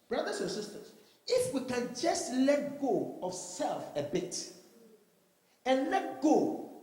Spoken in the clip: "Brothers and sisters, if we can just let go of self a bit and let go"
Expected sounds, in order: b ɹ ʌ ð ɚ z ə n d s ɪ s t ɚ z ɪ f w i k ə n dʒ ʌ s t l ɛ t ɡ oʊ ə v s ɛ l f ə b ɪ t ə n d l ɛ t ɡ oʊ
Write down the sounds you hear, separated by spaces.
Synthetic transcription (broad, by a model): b ɹ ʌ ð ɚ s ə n s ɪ s t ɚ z ɪ f w i k ə n dʒ ʌ s t l ɛ t ɡ oʊ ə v s ɛ l f ə b ɪ t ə n l ɛ t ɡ oʊ